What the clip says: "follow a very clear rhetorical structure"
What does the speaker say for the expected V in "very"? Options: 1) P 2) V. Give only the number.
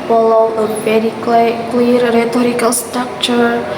1